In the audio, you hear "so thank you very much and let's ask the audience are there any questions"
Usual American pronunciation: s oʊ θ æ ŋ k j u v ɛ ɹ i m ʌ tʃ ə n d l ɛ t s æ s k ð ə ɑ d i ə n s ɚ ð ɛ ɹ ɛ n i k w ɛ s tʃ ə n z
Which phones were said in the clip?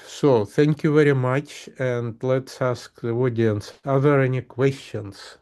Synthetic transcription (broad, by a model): s oʊ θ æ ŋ k j u v ɛ ɹ i m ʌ tʃ ə n d l ɛ t s æ s k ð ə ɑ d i n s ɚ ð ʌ ɹ ɛ n i k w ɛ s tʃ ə n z